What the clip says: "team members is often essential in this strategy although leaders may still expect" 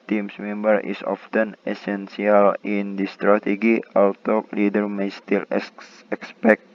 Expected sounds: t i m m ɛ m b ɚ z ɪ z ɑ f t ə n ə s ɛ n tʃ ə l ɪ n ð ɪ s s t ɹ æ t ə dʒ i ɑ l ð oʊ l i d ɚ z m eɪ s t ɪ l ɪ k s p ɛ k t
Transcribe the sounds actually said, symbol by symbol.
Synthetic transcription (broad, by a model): t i m m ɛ m b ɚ ɪ s ɑ f t ə n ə s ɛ n s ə l ɪ n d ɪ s s t ɹ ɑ t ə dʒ i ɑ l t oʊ l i d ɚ m eɪ s t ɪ l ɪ k s p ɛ k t